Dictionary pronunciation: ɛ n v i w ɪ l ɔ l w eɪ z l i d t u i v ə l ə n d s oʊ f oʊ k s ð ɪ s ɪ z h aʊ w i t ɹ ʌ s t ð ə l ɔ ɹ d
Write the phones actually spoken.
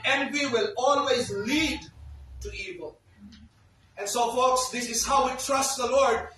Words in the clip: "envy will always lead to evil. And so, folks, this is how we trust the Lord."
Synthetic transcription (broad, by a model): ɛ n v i w ɪ l ɔ l w eɪ z l i d t u i v ə l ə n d s oʊ f oʊ k s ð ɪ s ɪ z h aʊ w i t ɹ ʌ s t ð ə l ɔ ɹ d